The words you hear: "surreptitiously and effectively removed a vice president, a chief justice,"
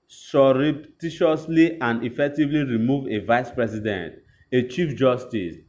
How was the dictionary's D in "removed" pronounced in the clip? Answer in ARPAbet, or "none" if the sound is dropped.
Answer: none